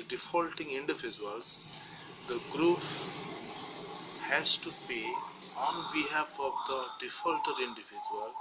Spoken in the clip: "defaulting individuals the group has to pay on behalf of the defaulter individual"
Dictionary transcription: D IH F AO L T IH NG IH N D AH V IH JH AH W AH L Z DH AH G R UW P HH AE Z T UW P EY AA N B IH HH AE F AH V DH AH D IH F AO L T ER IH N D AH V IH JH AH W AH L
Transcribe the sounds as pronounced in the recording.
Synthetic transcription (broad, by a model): D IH F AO L T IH NG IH N D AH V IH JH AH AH L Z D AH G R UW F HH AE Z T UW P EY AA N B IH HH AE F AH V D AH D IH F AO L T ER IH N D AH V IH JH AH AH L